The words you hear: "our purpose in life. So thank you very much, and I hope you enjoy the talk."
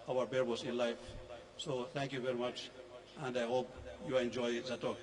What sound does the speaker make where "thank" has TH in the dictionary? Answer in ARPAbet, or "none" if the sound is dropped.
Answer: T